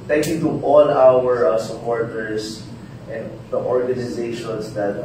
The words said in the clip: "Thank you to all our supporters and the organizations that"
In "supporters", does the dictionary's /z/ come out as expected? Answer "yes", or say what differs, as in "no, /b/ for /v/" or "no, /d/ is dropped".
no, /s/ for /z/